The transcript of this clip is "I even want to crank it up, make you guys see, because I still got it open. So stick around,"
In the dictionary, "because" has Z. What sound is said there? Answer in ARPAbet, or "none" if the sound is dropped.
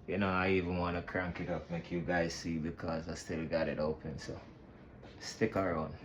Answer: Z